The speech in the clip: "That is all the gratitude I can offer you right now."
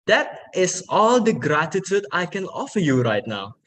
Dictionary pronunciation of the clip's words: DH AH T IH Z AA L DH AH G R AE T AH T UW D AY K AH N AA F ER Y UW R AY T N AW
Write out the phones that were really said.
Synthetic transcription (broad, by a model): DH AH T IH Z AA L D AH G R AE T AH T UW D AY K AH N AA F ER Y UW R AY T N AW